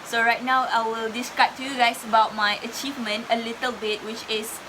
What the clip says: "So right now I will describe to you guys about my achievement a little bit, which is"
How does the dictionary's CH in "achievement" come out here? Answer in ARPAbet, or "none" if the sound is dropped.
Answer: CH